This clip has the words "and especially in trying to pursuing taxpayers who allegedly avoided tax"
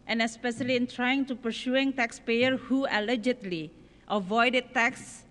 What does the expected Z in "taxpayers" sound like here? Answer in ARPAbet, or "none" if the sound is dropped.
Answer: none